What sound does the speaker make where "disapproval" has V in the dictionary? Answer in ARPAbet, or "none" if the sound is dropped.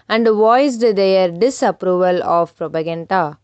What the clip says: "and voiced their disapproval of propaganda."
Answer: V